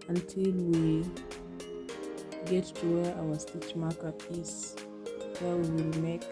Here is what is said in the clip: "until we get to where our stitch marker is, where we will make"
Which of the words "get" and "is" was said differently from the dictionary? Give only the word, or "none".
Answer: is